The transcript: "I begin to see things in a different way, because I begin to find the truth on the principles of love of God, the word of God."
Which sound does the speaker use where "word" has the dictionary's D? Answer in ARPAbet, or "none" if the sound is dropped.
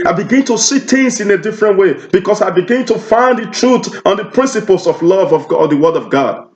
D